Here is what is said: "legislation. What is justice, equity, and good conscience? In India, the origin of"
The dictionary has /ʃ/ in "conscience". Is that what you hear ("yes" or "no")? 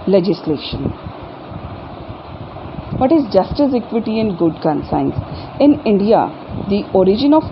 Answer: no